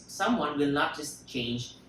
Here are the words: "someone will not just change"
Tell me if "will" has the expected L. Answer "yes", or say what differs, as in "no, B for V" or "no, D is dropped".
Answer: yes